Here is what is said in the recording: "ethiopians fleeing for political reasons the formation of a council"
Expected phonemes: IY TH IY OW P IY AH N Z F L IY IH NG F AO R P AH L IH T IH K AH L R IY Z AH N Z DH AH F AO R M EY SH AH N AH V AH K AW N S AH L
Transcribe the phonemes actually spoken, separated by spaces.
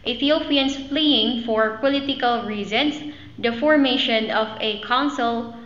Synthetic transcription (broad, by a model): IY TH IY OW P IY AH N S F L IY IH NG F AO R P AH L IH T IH K AH L R IY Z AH N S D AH F AO R M EY SH AH N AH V AH K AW N S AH L